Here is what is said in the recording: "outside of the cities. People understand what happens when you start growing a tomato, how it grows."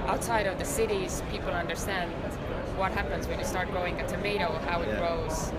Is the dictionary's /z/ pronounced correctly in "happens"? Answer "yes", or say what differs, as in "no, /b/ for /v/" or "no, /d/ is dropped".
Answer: yes